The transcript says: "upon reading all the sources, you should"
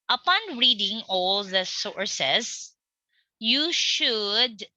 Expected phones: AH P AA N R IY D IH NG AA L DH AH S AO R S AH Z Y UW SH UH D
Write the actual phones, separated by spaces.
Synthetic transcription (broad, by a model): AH P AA N R IY D IH NG AA L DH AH S AO R S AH S Y UW SH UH D